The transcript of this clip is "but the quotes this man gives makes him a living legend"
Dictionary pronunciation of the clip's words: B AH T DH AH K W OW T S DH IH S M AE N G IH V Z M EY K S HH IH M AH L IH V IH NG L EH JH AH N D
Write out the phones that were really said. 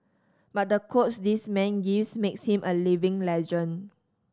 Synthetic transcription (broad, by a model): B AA T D AH K OW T S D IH S M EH N G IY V S M EY K S HH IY M AH L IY V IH NG L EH JH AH N